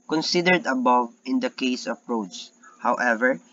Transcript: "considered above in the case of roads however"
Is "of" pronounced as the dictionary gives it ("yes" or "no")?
no